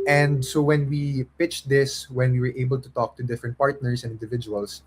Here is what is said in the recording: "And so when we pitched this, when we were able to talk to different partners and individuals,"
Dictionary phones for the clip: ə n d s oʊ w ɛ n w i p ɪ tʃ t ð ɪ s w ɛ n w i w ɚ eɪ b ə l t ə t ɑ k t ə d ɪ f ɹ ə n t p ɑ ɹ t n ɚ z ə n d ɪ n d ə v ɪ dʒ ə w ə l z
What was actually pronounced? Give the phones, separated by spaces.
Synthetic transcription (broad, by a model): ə n d s oʊ w ɛ n w i p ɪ tʃ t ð ɪ s w ɛ n w i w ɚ eɪ b ə l t ə t ɑ k t ə d ɪ f ɹ ə n t p ɑ ɹ t n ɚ s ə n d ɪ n d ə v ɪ dʒ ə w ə l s